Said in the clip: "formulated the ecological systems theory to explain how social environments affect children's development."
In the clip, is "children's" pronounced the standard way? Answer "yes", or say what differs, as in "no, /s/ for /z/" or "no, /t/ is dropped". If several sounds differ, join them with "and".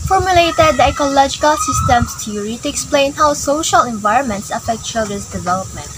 no, /ɹ/ is dropped